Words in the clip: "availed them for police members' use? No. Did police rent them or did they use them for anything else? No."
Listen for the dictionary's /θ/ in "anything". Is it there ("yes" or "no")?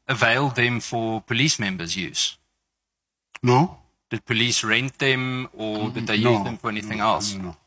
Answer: yes